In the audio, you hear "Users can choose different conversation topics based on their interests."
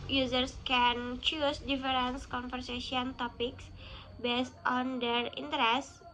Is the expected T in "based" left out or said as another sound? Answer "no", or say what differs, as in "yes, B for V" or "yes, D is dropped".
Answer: no